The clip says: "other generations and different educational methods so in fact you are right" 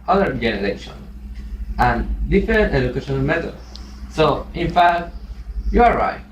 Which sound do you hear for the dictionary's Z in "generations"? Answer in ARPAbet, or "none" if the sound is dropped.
none